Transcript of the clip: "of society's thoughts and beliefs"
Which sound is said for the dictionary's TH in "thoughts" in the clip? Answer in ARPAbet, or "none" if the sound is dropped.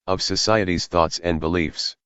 TH